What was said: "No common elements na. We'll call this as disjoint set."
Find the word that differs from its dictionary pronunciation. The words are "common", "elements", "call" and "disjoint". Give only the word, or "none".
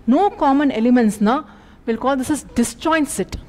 disjoint